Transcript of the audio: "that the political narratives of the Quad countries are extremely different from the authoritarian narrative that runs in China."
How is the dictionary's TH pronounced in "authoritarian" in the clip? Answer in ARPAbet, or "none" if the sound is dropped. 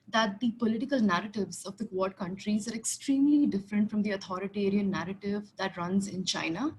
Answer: T